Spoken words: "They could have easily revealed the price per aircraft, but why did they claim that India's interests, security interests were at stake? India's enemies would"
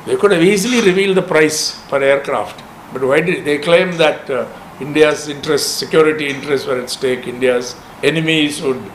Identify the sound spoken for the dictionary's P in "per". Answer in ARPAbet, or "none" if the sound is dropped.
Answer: F